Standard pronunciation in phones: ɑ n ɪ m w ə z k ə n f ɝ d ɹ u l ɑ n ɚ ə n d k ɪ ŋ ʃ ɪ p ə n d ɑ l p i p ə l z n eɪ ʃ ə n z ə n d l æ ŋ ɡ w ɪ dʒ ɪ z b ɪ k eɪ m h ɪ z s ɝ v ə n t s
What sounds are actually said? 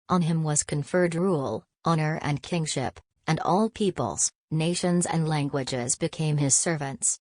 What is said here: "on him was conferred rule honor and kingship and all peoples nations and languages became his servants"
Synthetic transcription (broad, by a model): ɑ n ɪ m w ə z k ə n f ɝ d ɹ u l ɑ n ɚ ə n k ɪ ŋ ʃ ɪ p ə n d ɑ l p i p ə l z n eɪ ʃ ə n z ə n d l æ ŋ ɡ w ɪ dʒ ɪ z b ɪ k eɪ m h ɪ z s ɝ v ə n t s